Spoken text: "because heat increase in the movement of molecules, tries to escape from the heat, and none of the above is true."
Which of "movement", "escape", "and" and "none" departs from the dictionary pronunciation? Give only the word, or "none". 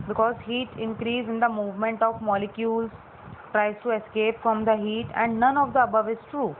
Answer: none